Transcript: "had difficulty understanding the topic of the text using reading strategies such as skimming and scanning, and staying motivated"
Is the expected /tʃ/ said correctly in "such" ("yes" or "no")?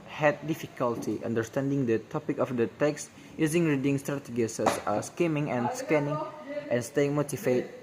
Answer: no